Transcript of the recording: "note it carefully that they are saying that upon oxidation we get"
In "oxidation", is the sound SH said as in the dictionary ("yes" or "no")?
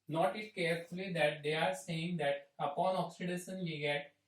no